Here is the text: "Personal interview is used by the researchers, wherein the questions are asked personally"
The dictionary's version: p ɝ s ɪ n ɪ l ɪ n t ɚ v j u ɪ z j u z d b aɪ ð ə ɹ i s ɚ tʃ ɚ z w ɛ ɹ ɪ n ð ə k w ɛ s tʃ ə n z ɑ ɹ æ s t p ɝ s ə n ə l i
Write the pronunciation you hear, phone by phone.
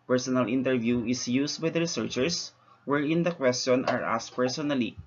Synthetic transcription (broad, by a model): p ɝ s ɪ n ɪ l ɪ n t ɚ v j u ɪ s j u s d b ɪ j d ɹ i s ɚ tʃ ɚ s w ɛ ɹ ɪ n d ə k w ɛ s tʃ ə n ɑ ɹ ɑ s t p ɝ s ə n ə l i